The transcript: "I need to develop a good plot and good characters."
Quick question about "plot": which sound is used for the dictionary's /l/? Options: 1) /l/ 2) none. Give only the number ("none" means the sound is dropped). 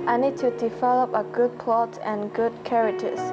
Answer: 1